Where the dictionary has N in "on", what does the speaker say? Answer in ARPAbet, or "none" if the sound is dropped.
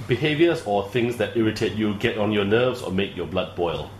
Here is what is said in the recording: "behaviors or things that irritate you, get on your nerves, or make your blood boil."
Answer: N